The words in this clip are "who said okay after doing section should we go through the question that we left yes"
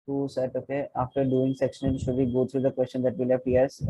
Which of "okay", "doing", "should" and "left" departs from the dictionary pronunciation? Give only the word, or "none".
left